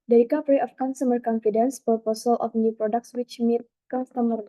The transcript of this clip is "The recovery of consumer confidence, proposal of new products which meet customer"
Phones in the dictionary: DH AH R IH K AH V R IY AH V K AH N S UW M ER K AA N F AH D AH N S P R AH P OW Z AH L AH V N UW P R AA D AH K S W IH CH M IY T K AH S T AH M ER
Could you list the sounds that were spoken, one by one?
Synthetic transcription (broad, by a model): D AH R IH K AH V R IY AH F K AH N S UW M ER K AA N F AH D AH N S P AH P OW S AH L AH F N UW P R AA D AH K S W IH CH M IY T K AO S T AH M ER